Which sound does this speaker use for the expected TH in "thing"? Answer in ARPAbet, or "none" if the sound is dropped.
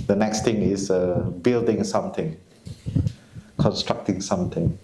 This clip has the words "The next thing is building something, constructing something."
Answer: T